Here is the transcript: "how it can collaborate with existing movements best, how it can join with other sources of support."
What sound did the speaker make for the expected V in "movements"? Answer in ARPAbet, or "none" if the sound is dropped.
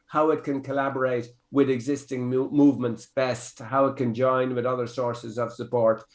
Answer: V